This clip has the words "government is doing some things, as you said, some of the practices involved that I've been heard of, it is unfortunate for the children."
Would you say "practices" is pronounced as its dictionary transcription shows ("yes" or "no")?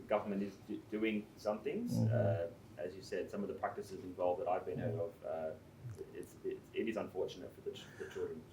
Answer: yes